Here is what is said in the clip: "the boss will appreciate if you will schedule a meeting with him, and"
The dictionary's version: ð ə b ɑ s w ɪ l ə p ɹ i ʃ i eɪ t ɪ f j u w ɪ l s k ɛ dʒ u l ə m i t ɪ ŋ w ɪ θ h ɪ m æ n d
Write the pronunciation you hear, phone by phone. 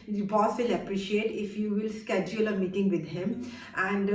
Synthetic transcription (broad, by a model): b ɑ s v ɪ l ə p ɹ i ʃ i eɪ t ɪ f j u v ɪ l s k ɛ dʒ u l ə m i t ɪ ŋ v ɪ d h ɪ m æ n d